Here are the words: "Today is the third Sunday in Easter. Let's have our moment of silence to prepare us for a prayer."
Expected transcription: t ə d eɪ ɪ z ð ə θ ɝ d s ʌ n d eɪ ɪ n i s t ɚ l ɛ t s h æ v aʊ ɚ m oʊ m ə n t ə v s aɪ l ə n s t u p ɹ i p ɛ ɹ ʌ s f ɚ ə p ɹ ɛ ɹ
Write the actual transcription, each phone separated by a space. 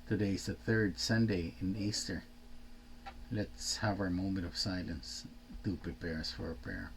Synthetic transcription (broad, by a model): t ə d eɪ ɪ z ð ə θ ɝ d s ʌ n d eɪ ɪ n i s t ɚ l ɛ t s h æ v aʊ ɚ m oʊ m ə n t ə v s aɪ l ə n s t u p ɹ i p ɛ ɹ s f ɚ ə p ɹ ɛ ɹ